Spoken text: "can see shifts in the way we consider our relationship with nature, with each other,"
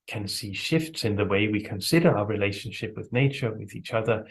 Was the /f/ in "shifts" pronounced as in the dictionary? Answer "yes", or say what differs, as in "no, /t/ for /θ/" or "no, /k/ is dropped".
yes